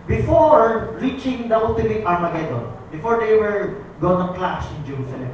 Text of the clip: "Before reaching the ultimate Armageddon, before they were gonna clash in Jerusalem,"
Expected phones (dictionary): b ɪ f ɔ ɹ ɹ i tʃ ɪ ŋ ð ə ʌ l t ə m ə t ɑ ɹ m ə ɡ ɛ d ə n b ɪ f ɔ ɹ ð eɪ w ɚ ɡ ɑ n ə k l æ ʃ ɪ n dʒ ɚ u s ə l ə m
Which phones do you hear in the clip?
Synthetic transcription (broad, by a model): b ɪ f ɔ ɹ ɹ i tʃ ɪ ŋ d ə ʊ t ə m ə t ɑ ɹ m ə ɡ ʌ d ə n b ɪ f ɔ ɹ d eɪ w ɚ ɡ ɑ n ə k l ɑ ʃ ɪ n dʒ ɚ u s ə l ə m